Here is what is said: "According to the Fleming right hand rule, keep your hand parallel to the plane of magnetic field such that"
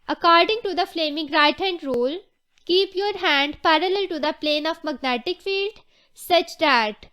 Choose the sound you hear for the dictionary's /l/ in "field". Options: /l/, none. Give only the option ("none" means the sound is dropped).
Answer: /l/